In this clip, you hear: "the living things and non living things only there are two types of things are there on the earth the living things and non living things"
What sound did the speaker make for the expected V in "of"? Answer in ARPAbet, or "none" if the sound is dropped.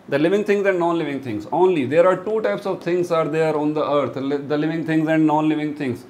V